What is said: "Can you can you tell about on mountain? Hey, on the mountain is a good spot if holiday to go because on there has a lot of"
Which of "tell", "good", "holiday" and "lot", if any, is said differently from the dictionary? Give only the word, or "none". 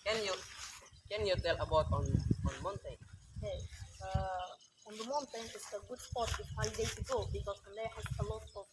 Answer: holiday